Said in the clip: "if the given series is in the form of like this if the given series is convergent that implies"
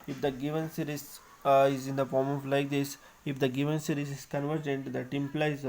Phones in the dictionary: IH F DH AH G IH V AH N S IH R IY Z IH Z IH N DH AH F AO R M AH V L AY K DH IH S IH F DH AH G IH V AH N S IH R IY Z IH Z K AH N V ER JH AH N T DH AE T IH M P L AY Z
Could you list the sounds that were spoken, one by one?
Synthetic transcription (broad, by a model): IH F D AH G IH V AH N S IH R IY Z IH Z IH N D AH F AO R M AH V L AY K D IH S IH F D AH G IH V AH N S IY R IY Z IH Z K AH N V ER JH AH N T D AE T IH M P L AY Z